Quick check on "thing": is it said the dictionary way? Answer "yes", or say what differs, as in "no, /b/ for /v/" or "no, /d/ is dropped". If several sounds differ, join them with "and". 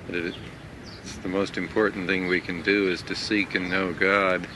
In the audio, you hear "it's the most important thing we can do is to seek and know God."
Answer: yes